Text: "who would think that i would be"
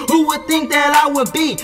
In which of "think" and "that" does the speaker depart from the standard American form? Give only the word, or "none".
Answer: none